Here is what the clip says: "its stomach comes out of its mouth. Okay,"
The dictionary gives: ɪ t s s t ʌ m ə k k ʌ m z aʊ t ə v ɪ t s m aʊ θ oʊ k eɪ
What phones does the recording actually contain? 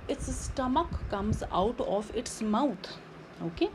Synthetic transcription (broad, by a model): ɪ t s s t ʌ m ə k k ʌ m z aʊ t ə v ɪ t s m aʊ t oʊ k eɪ